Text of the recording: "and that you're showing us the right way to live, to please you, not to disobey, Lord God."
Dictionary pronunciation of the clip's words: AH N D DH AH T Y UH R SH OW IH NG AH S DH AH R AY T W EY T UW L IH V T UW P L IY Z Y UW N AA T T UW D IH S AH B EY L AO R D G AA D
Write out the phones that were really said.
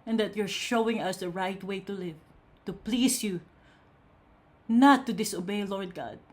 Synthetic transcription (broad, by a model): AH N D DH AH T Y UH R SH OW IH NG AH S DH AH R AY T W EY T UW L IH V T UW P L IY S Y UW N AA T T UW D IH S AH B EY L AO R D G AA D